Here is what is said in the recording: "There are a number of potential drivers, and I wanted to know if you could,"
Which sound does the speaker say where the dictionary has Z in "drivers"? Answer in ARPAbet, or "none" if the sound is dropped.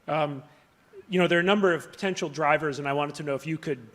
Z